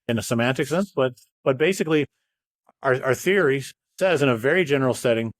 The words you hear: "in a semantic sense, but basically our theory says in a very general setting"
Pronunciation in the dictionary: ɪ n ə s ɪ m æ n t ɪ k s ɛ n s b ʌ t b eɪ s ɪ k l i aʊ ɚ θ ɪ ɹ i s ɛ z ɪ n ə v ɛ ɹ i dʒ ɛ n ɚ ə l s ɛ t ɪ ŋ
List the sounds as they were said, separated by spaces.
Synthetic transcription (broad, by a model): ɪ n ə s ɪ m æ n t ɪ k s ɛ n s b ʌ t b eɪ s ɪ k l i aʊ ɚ θ ɪ ɹ i s ɛ z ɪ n ə v ɛ ɹ i dʒ ɛ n ɚ l s ɛ t ɪ ŋ